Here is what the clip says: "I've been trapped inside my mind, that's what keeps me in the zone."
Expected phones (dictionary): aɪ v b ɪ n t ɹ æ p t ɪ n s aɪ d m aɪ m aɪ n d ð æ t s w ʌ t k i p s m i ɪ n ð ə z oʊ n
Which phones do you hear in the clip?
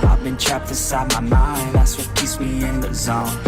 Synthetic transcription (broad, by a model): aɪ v b ɪ n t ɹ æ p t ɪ s aɪ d m aɪ m aɪ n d ð æ t s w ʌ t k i s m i ɪ n ð ə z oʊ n